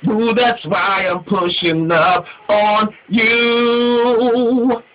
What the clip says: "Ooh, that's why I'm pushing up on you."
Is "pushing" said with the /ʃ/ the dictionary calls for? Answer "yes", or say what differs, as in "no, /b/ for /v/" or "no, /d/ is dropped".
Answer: yes